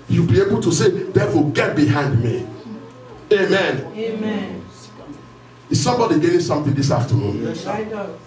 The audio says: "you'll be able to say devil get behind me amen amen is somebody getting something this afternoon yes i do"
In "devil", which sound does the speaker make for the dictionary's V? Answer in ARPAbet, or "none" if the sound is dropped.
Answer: F